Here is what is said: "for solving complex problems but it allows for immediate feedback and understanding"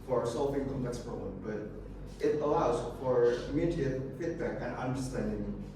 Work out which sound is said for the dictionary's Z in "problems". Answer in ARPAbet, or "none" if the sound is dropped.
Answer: none